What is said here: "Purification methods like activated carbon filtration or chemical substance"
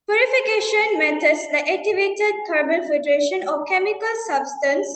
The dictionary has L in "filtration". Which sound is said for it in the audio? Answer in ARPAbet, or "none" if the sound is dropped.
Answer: none